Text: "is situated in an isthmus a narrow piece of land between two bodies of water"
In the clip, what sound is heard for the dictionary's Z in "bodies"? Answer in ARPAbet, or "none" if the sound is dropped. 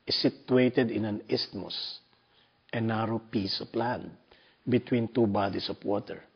S